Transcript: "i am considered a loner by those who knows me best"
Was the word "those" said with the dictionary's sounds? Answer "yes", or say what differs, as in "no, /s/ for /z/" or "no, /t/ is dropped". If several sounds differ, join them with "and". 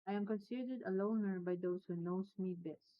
no, /s/ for /z/